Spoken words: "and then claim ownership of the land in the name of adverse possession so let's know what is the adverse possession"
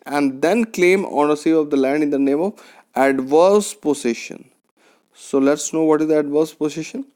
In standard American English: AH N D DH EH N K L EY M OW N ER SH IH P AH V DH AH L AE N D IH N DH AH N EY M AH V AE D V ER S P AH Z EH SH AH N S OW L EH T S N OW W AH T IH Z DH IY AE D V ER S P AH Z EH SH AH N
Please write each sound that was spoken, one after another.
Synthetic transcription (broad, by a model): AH N D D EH N K L EY M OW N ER S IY AH V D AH L AE N D IH N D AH N EY M AH V AE D V ER S P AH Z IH SH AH N S OW L EH T S N OW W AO T IH Z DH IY AE D V ER S P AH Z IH SH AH N